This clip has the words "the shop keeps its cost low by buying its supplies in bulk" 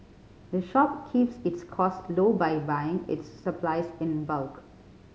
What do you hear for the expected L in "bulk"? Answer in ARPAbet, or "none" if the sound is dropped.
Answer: L